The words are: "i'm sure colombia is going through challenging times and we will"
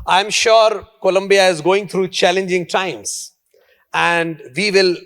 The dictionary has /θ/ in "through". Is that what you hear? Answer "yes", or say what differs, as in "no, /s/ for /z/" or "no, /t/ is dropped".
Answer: no, /t/ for /θ/